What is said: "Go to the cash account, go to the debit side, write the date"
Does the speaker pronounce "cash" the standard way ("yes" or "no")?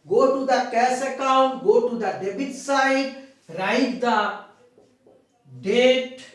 no